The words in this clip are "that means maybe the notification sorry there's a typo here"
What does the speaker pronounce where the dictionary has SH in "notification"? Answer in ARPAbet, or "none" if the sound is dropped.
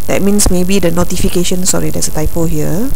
SH